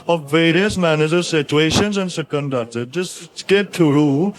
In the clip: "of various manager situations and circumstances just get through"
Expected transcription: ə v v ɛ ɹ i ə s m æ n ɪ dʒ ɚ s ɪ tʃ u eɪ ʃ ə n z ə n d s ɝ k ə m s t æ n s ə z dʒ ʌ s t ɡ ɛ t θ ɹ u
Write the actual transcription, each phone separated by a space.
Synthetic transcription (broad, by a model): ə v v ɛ ɹ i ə s m æ n ɪ dʒ ɚ s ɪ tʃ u eɪ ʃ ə n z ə n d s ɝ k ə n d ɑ s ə dʒ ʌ s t ɡ ɛ t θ ɹ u